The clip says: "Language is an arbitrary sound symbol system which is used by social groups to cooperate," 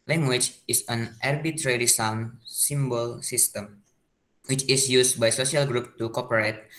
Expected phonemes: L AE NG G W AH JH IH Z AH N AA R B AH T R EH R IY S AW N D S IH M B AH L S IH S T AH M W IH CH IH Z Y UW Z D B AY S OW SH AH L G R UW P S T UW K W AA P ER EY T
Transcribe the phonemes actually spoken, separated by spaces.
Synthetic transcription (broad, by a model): L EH NG G W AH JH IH S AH N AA R B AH T R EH R IY S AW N S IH M B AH L S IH S T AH M W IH CH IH S Y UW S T B AY S OW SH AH L G R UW P T UW K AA P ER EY T